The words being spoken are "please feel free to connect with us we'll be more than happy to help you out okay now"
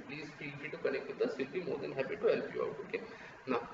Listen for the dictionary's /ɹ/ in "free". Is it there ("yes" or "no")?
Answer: no